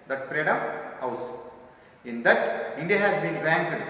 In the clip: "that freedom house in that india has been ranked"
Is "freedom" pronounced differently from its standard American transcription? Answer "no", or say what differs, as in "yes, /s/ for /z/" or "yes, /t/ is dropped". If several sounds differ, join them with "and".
yes, /p/ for /f/